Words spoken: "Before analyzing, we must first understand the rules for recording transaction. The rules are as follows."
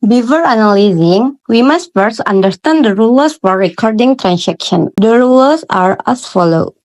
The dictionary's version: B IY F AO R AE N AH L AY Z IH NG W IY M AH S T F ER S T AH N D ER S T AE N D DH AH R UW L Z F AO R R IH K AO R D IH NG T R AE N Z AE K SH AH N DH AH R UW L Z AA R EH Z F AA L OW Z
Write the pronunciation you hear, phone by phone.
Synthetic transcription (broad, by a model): B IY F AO R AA N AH L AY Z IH NG W IY M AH S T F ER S AH N D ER S T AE N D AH R UW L S F AO R R IH K AO R D IH NG T R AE N S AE K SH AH N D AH R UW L S AA R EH S F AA L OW